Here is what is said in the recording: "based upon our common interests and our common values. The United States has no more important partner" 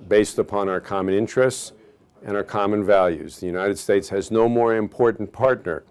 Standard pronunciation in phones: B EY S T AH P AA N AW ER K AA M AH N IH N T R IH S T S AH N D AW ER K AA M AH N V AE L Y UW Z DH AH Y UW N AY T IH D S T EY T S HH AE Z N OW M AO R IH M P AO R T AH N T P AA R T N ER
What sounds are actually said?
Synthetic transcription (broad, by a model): B EY S T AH P AA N AW ER K AA M AH N IH N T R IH S T S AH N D AW ER K AA M AH N V AE L Y UW Z DH AH Y UW N AY T IH D S T EY T S HH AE Z N OW M AO R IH M P AO R T N P AA R T N ER